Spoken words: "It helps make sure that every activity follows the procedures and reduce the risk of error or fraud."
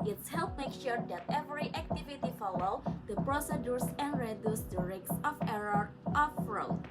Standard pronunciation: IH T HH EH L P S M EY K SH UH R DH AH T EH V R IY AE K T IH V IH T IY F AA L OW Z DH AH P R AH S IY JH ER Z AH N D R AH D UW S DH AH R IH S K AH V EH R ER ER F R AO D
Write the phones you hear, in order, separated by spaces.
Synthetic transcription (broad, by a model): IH T HH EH L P M EY K SH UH R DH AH T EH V R IY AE K T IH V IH T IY F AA L OW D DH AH P R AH S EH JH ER S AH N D R AH D UW S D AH R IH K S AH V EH R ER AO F R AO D